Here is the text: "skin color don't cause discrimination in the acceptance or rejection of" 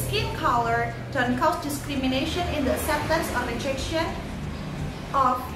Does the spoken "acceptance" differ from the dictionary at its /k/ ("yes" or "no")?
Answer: yes